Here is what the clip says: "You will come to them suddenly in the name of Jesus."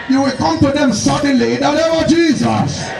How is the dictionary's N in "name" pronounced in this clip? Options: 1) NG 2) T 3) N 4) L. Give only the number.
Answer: 4